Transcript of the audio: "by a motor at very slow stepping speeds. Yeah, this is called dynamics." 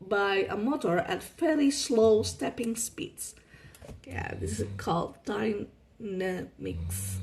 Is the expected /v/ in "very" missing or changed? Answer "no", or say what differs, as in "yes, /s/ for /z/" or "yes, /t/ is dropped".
yes, /f/ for /v/